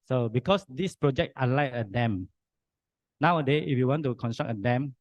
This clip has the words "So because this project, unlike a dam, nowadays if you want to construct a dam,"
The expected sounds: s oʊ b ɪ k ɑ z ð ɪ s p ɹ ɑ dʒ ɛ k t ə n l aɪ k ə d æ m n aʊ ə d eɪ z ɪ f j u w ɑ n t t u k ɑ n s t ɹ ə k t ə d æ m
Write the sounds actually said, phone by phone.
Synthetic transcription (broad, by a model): s oʊ b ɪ k ɑ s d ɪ s p ɹ ɑ dʒ ɛ k t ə l aɪ ə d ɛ m n aʊ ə d eɪ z ɪ f j u w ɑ n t t u k ɑ n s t ɹ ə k ə d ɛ m